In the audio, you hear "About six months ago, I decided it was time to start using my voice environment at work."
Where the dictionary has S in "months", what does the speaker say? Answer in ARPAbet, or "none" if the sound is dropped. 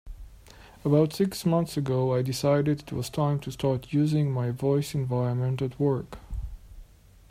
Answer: S